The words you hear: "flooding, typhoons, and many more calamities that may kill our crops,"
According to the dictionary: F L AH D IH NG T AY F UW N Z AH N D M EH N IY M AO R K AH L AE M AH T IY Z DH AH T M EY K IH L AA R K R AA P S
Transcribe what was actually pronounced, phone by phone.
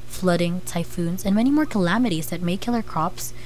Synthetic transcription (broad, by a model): F L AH D IH NG T AY F UW N Z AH N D M EH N IY M AO R K AH L AE M AH T IY Z DH AH T M EY K IH L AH R K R AA P S